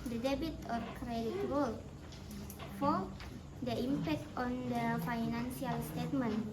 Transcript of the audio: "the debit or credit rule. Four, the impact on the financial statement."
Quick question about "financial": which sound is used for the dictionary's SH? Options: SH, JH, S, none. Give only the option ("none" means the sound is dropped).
S